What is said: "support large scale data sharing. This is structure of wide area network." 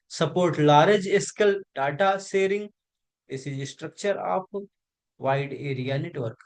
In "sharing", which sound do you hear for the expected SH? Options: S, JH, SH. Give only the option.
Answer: S